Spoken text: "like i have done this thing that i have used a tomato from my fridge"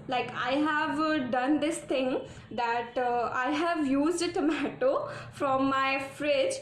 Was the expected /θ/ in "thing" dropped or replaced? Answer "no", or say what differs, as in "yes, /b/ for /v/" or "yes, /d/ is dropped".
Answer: yes, /t/ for /θ/